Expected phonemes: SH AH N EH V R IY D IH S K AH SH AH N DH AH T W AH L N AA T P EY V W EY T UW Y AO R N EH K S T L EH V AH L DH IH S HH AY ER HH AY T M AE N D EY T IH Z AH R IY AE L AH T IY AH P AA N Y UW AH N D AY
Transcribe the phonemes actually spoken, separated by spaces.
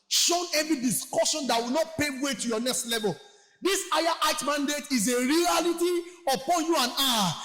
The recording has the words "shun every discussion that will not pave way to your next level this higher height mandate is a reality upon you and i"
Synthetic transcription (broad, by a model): SH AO N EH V IY D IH S K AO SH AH N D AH T W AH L N AA T P EY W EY T UW Y AO N EH K S T L EH V AH L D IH S AY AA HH AY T M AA N D EY T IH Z AH R IY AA L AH T IY AH P AA N Y UW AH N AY